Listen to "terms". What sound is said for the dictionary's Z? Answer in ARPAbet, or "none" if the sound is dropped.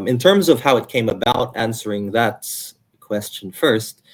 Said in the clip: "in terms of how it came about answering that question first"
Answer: Z